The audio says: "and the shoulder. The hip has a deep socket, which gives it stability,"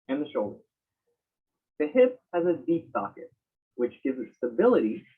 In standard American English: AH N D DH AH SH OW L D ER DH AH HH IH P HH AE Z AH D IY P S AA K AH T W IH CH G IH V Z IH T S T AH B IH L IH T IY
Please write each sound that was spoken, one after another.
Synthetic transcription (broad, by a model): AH N DH AH SH OW L D ER DH AH HH IH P HH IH Z AH D IY P S AA K AH T W IH CH G IH V Z IH T S T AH B IH L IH T IY